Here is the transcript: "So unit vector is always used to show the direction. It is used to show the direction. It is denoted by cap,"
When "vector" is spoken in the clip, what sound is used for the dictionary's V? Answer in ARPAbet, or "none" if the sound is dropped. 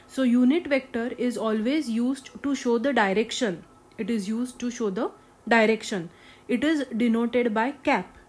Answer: V